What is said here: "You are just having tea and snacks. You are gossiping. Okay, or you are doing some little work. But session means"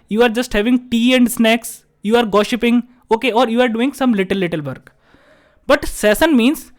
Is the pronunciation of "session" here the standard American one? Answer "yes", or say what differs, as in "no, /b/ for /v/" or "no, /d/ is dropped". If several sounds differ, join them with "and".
no, /s/ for /ʃ/